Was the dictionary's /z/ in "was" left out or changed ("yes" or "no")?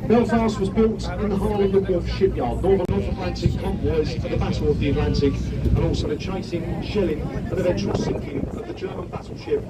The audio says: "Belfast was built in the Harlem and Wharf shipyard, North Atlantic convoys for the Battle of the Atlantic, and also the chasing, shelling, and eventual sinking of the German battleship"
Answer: no